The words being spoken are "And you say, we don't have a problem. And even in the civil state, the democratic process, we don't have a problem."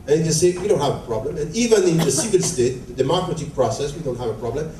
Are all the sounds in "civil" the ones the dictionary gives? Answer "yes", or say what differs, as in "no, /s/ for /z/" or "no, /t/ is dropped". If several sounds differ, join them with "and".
no, /n/ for /l/